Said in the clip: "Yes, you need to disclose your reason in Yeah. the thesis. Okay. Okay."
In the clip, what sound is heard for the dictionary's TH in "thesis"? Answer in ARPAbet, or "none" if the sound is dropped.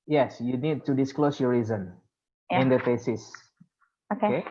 F